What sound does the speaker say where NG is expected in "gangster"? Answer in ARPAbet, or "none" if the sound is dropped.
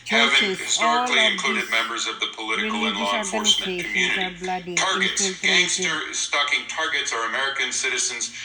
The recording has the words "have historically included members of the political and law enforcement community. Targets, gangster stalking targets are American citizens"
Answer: none